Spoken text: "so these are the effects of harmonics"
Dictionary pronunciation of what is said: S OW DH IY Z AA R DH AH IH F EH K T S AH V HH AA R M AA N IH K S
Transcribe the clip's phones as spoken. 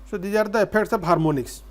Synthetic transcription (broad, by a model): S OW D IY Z AA R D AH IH P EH K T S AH B HH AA R M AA N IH K S